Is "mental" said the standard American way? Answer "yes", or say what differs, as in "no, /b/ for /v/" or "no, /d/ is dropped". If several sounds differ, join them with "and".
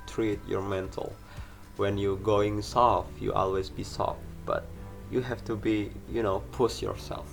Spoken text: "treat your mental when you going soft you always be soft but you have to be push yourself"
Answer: yes